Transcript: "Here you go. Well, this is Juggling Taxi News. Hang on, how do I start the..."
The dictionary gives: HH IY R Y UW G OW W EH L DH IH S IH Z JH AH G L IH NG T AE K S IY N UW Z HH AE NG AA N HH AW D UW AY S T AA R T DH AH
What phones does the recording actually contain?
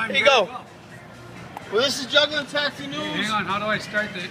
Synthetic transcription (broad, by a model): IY G OW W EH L DH IH S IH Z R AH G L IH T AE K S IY N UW HH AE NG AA N HH AW D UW AY S T AA R T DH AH